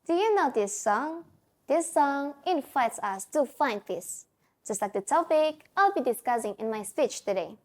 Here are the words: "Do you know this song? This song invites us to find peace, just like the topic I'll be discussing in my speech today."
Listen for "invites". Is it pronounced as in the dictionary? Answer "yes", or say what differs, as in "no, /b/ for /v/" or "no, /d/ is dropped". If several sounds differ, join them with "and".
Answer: yes